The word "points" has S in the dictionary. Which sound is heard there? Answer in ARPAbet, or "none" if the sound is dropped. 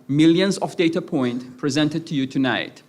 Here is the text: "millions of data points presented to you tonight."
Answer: none